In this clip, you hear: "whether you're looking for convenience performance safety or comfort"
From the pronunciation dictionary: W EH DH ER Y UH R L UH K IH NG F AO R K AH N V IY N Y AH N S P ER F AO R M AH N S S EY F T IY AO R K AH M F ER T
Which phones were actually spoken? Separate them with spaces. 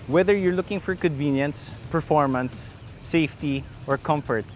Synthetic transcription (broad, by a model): W EH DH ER Y UH R L UH K IH NG F AO R K AH N V IY N Y AH N S P ER F AO R M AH N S S EY F T IY AO R K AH M F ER T